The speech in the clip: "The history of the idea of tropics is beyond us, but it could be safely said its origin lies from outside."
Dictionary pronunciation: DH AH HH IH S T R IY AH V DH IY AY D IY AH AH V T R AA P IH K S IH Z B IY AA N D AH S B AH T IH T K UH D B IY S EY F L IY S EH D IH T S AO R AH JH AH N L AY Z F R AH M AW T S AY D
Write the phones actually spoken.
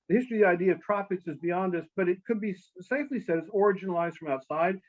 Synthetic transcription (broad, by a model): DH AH HH IH S T R IY DH IY AY D IY AH AH V T R AA P IH K S IH Z B IY AA N D AH S B AH T IH T K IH D B IY S EY F L IY S EH D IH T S AO R AH JH AH N L AY Z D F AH M AW T S AY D